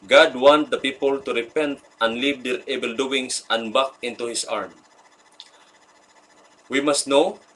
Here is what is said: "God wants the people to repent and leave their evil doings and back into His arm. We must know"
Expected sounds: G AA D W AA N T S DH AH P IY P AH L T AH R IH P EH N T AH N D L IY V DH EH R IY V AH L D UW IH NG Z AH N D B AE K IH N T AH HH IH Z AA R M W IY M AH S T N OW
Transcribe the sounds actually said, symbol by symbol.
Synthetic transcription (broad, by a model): G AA D W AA N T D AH P IY P AH L T AH R IH P EH N T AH N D L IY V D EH R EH B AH L D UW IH NG S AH N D B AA K IH N T AH HH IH S AA R M W IY M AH S T N OW